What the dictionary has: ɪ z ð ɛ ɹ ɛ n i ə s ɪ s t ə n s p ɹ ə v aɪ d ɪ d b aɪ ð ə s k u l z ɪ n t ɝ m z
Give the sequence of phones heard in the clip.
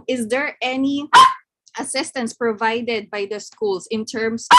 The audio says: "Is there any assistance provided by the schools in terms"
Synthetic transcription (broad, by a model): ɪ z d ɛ ɹ ɛ n i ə s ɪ s t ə n s p ɹ ə v aɪ d ɪ d b aɪ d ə s k u l s ɪ n t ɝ m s